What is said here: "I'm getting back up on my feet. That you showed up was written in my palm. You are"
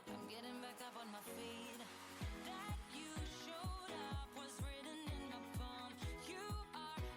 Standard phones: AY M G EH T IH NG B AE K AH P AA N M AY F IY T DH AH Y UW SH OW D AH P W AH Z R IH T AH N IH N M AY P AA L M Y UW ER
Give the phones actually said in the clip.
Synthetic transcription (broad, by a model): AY M G EH T IH NG B AE K AH P N M AY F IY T DH AH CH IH SH OW D AH P W AH Z R IH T N IH N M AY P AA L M Y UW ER